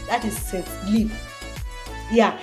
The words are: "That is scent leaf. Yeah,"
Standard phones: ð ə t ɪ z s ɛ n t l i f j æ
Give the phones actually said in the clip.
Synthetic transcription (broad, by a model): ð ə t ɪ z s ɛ t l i p j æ